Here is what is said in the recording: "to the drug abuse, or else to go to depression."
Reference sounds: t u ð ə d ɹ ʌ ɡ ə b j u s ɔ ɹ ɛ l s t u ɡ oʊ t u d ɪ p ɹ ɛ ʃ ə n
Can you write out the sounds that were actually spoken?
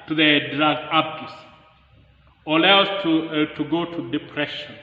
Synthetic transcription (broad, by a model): t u ð ə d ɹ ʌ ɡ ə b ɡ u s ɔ l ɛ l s t u ɡ oʊ t u d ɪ p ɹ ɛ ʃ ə n